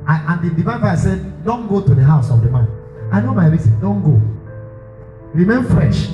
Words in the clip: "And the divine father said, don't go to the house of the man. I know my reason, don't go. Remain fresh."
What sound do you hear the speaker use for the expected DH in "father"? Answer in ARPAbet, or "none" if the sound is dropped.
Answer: none